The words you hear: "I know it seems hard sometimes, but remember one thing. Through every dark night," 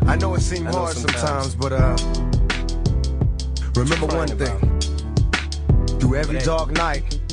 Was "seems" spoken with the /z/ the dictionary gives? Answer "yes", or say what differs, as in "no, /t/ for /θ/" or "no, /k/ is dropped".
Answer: no, /z/ is dropped